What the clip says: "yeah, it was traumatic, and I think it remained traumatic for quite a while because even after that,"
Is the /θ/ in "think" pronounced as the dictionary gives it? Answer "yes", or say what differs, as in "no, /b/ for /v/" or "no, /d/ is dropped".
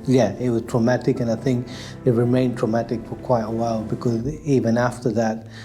yes